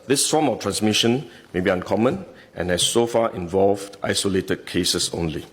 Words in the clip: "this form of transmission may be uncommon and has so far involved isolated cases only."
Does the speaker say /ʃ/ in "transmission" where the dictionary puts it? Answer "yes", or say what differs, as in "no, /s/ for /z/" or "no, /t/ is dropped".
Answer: yes